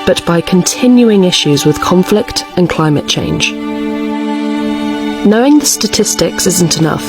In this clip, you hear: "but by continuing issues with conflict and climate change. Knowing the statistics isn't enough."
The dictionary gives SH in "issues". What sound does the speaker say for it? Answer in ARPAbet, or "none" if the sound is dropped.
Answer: SH